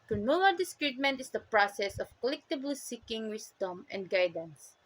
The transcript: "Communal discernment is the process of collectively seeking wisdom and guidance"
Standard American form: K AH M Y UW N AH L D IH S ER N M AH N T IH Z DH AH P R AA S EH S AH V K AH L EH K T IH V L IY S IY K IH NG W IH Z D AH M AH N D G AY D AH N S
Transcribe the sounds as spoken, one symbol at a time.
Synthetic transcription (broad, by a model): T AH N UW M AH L D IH S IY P M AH N T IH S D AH P R AA S EH S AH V K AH L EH K T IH B L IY S IY K IH NG W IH S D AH M AH N D G AY D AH N S